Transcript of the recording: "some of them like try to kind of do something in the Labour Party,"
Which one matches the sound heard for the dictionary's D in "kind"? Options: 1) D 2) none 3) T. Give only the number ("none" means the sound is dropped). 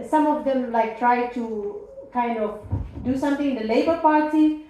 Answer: 1